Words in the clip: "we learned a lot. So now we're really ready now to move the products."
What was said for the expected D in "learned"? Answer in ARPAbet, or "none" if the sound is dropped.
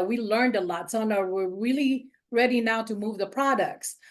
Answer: D